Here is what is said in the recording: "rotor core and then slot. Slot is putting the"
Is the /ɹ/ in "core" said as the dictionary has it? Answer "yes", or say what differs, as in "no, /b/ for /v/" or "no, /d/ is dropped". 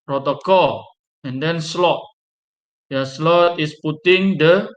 no, /l/ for /ɹ/